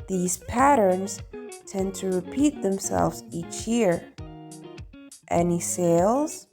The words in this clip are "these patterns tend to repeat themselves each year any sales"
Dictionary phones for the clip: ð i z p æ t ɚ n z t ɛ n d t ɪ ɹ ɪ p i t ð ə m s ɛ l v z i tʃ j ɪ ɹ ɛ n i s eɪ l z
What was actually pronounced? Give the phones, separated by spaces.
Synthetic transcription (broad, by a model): ð i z p æ t ɚ n z t ɛ n t ɪ ɹ ɪ p i t ð ə m s ɛ l v z i tʃ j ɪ ɹ ɛ n i s eɪ l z